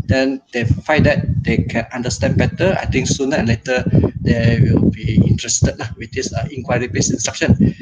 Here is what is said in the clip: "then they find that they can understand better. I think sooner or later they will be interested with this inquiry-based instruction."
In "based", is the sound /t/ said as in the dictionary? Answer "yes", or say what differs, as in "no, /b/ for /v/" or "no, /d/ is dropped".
no, /t/ is dropped